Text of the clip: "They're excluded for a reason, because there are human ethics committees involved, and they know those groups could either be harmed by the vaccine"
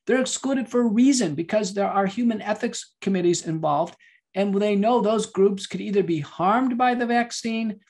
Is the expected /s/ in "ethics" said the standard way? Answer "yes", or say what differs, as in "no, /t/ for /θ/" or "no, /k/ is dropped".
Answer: yes